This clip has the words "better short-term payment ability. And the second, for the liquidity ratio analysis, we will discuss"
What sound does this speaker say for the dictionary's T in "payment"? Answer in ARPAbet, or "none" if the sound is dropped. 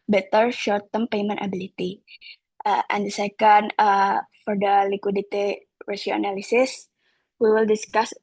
T